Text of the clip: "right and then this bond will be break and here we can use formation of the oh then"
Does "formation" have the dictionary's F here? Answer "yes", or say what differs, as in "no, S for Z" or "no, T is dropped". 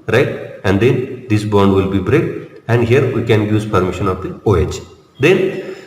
no, P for F